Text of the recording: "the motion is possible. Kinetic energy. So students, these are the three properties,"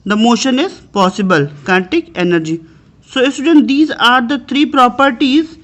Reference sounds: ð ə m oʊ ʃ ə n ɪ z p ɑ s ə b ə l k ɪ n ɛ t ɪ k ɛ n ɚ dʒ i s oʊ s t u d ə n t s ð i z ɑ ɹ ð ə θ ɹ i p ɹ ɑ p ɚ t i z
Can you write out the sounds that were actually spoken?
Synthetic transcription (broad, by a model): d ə m oʊ ʃ ə n ɪ z p ɑ s ə b ə l k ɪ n t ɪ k ɛ n ɚ dʒ i s oʊ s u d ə n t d i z ɑ ɹ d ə t ɹ i p ɹ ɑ p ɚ t i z